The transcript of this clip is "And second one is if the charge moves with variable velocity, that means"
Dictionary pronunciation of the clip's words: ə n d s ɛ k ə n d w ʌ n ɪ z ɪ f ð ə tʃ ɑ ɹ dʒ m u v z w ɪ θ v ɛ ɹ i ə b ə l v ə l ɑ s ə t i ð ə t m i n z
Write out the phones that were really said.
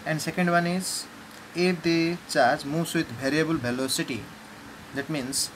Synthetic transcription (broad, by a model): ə n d s ɛ k ə n d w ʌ n ɪ z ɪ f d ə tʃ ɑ ɹ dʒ m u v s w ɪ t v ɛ ɹ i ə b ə l b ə l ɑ s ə t i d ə t m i n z